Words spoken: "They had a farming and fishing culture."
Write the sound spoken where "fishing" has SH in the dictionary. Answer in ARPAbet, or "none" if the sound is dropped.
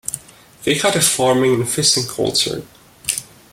S